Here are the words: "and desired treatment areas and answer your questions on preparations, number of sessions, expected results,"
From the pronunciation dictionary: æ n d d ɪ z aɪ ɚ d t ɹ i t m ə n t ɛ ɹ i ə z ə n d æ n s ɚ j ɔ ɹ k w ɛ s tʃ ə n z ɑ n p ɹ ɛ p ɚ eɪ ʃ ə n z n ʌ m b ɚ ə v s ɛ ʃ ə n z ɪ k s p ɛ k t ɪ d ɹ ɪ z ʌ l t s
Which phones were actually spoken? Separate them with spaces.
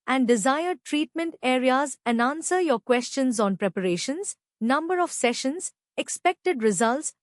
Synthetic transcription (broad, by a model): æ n d d ɪ z aɪ ɚ d t ɹ i t m ə n t ɛ ɹ i ə z ə n d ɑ n s ɚ j ɔ ɹ k w ɛ s tʃ ə n z ɑ n p ɹ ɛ p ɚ eɪ ʃ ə n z n ʌ m b ɚ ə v s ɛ ʃ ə n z ɪ k s p ɛ k t ɪ d ɹ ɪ z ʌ l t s